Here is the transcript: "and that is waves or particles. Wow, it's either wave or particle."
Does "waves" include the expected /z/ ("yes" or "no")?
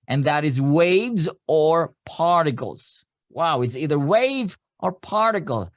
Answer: yes